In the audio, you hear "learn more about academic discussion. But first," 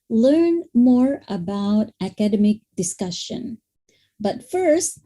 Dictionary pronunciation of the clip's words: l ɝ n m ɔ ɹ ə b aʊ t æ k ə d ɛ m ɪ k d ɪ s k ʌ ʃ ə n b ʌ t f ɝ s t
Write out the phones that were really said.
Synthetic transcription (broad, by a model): l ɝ n m ɔ ɹ ə b aʊ t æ k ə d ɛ m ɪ k d ɪ s k ʌ ʃ ə n b ʌ t f ɝ s t